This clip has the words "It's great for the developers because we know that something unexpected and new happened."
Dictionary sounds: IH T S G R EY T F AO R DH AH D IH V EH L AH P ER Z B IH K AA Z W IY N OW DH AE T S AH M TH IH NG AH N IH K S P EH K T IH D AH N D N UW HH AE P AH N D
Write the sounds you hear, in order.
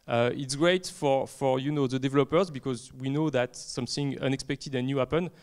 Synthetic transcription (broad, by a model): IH T S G R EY T F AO R DH AH D IH V EH L AH P ER Z B IH K AA Z W IY N OW DH AE T S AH M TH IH NG AH N IH K S P EH K T IH D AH N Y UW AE P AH N